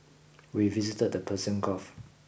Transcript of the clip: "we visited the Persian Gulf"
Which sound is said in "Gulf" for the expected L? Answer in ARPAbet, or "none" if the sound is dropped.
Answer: none